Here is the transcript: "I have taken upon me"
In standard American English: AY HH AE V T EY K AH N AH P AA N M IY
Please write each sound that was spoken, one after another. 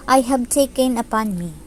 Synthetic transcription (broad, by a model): AY HH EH B T EY K AH N AH P AA N M IY